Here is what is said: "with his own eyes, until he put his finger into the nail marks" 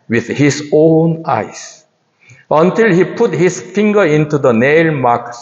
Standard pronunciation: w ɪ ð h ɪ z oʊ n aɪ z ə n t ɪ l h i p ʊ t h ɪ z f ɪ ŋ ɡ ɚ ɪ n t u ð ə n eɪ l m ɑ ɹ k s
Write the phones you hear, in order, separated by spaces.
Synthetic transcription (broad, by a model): w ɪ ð h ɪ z oʊ n aɪ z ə n t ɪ l h i p ʊ t h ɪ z f ɪ ŋ ɡ ɚ ɪ n t u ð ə n eɪ l m ɑ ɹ k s